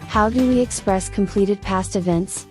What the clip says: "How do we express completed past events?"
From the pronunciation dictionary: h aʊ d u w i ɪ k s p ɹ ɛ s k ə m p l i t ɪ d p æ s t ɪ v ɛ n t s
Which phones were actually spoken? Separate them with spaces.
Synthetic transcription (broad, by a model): h aʊ d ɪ w i ɪ k s p ɹ ɛ s k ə m p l i t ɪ d p æ s t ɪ v ɛ n t s